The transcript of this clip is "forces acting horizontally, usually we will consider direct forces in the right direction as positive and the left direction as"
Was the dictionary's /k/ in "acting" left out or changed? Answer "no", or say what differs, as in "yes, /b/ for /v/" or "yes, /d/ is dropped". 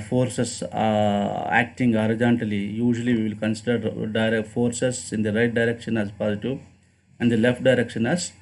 no